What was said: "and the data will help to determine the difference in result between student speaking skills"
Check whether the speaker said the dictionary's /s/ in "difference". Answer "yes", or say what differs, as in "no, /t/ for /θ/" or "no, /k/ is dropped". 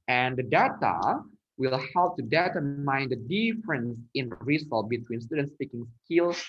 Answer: yes